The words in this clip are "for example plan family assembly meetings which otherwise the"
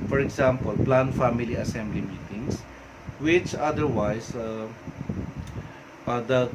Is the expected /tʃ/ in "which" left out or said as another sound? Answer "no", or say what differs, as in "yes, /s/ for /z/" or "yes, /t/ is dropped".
no